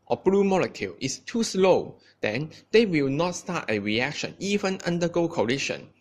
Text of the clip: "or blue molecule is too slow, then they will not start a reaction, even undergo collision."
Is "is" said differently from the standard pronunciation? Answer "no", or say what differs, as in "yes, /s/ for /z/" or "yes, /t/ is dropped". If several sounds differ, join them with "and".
yes, /s/ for /z/